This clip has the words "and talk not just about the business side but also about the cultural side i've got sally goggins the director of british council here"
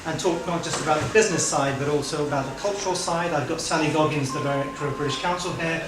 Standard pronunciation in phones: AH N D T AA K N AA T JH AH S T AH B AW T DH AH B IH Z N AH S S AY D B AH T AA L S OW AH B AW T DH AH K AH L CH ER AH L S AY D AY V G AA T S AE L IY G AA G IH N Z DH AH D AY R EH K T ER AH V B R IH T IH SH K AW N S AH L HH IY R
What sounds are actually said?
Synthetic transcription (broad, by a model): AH N T AA K N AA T JH AH S T AH B AW T DH AH B IH Z N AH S S AY D B AH T AA L S OW AH B AW T DH AH K AH L CH ER AH L S AY D AY V G AA T S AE N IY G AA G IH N Z DH AH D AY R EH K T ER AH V B R IH T IH SH K AW N S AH L HH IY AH